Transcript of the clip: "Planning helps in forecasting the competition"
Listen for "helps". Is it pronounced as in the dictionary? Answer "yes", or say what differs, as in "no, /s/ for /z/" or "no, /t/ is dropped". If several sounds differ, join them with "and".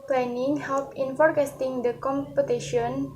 no, /s/ is dropped